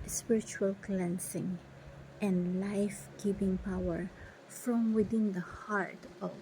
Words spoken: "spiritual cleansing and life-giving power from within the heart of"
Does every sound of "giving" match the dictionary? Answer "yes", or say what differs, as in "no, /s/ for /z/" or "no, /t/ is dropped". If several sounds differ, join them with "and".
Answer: no, /p/ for /v/